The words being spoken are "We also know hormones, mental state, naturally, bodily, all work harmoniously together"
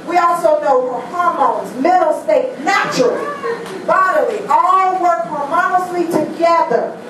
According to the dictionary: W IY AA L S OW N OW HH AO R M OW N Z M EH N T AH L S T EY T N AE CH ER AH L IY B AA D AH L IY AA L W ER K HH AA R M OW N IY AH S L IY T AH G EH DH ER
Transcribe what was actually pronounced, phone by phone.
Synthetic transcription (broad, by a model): W IY AA L S OW N OW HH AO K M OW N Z M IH T L S T EY T N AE CH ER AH L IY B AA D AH L IY AA L W ER K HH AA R M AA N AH S L IY T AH G EH DH ER